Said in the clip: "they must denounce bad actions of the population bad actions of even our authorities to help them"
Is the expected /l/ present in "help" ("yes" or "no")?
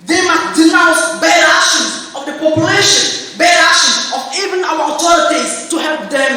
yes